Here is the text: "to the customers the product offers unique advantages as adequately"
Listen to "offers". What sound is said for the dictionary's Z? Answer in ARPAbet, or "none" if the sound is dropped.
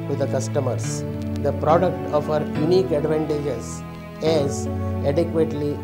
none